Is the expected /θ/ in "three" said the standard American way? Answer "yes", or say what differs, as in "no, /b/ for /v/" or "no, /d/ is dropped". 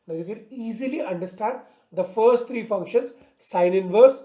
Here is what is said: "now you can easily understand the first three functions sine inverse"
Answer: no, /t/ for /θ/